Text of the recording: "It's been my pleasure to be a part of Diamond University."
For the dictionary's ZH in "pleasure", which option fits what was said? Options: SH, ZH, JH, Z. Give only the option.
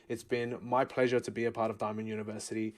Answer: ZH